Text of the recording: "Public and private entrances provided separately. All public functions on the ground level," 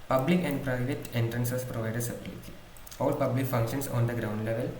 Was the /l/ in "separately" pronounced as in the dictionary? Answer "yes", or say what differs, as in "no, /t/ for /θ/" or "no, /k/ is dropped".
no, /l/ is dropped